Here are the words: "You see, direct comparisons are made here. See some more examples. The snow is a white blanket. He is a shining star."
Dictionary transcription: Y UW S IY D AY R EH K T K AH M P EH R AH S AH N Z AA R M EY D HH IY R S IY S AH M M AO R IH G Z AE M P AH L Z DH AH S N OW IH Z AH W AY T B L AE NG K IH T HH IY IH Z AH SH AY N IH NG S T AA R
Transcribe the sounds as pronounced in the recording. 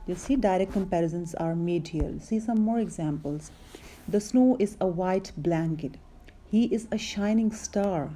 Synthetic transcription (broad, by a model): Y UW S IY D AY R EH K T K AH M P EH R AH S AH N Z AA R M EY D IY L S IY S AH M M AO R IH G Z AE M P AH L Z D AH S N OW IH Z AH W AY T B L AE NG K IH T HH IY IH Z AH SH AY N IH NG S T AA R